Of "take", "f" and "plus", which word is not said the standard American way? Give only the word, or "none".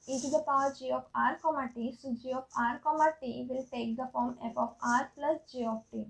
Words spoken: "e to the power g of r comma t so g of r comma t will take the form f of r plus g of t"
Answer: f